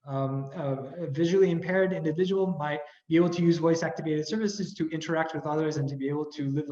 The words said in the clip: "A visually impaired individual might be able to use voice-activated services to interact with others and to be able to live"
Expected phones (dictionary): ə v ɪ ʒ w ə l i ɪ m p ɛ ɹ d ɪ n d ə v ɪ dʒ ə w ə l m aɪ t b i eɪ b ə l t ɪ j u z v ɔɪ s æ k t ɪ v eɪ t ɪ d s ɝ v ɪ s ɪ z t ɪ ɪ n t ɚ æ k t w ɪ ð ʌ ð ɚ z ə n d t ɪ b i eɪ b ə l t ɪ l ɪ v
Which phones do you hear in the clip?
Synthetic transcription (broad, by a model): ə v ɪ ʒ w l i ɪ m p ɛ ɹ d ɪ n d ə v ɪ dʒ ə w l m aɪ t b i eɪ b l t ɪ j u z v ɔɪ s æ k t ɪ v eɪ t ɪ d s ɝ v ɪ s ɪ z t ɪ ɪ n t ɚ æ k t w ɪ ð ʌ ð ɚ z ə n t ɪ b i eɪ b l t ɪ l ɪ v